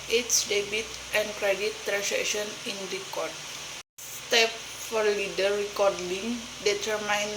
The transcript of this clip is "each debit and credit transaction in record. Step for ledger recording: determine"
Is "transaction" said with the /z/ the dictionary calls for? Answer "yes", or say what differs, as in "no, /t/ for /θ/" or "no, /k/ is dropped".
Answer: no, /s/ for /z/